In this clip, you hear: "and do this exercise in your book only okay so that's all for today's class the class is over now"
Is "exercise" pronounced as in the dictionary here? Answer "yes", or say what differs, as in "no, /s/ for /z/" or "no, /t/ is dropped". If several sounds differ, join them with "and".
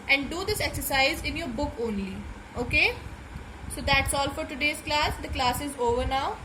yes